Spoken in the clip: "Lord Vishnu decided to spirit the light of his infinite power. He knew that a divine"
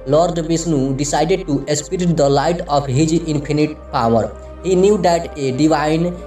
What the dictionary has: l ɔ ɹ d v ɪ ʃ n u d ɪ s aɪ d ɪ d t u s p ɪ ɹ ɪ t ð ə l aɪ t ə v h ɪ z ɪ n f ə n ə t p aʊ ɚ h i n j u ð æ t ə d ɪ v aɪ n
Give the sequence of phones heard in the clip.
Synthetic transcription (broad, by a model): l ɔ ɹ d b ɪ s n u d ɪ s aɪ d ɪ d t u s p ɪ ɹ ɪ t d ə l aɪ t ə p h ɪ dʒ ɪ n p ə n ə t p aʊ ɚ h i n j u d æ t ə d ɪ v aɪ n